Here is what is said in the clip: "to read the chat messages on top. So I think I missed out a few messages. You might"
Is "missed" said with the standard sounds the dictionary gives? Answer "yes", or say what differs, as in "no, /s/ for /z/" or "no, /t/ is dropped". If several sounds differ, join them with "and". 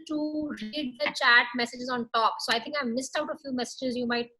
yes